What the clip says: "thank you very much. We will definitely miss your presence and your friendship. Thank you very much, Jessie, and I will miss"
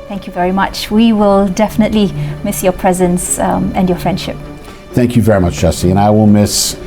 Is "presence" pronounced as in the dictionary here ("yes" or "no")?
yes